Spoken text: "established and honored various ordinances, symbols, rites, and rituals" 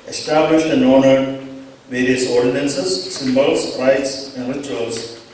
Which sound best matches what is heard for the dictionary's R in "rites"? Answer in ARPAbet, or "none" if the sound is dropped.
R